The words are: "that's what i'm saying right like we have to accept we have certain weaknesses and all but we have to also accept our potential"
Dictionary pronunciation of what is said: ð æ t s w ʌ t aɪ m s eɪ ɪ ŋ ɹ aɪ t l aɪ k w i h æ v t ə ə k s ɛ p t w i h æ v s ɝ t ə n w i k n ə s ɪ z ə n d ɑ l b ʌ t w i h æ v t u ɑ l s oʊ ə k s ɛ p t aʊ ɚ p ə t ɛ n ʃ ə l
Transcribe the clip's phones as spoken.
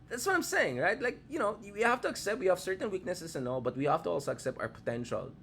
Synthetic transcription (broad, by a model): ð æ t s w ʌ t aɪ m s eɪ ɪ ŋ ɹ aɪ t l aɪ k w i h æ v t ə ə k s ɛ p t w i h æ v s ɝ t ə n w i k n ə s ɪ s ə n ɑ l b ʌ t w i h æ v t u ɑ l s oʊ ə k s ɛ p t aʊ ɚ p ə t ɛ n ʃ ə l